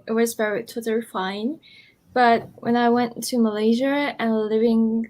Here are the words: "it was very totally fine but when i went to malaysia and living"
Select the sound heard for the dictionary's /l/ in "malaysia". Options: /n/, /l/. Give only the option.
/l/